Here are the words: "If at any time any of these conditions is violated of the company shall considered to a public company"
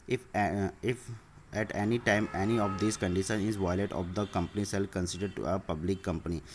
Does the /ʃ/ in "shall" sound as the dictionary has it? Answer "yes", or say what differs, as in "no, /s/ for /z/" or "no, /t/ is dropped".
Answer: no, /s/ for /ʃ/